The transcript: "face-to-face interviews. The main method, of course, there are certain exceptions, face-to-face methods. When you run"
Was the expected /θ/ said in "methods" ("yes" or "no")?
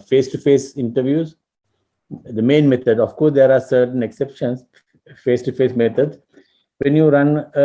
no